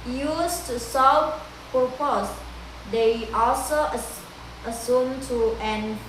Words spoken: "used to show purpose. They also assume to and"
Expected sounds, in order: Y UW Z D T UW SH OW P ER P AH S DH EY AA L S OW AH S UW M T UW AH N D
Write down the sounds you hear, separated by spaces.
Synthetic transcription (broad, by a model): Y UW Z T UW S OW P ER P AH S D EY AA L S OW AH S UW M T UW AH N